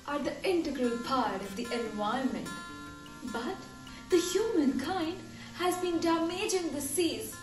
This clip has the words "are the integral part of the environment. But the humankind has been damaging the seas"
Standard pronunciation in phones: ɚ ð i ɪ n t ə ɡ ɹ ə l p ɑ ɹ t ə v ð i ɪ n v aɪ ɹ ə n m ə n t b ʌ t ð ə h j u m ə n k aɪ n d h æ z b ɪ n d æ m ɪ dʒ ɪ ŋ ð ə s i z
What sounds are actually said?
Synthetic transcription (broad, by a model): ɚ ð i ɪ n t ə ɡ ɹ ə l p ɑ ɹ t ə v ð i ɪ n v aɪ ə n m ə n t b ʌ t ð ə h j u m ə n k aɪ n d h æ z b ɪ n d æ m ɪ dʒ ɪ ŋ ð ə s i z